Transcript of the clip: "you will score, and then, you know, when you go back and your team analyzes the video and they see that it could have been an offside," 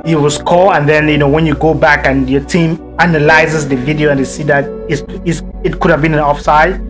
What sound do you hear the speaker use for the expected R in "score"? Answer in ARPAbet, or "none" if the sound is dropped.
L